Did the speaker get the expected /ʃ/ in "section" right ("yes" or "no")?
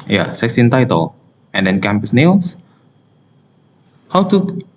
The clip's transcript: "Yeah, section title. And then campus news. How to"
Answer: no